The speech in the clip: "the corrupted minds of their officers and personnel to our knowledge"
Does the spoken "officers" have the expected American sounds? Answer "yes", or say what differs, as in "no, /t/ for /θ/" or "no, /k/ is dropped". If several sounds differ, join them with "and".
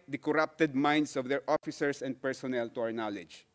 no, /s/ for /z/